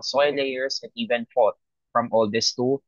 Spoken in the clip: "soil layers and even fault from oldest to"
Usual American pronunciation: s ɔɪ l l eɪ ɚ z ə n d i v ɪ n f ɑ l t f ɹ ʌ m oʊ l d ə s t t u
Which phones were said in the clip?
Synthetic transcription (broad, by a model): s ɔɪ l l eɪ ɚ s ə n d i v ɪ n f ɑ t f ɹ ʌ m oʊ l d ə s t t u